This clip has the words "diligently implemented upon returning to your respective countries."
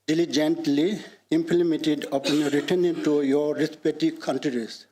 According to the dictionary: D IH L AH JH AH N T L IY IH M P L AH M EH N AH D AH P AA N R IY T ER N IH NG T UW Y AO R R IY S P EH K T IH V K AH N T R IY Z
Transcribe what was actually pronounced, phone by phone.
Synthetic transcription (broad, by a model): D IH L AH JH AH N T L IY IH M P L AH M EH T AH D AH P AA N R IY T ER N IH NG T UW Y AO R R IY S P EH T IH K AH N T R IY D